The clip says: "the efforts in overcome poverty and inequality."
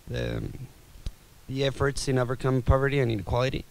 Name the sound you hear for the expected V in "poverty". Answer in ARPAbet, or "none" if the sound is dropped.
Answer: V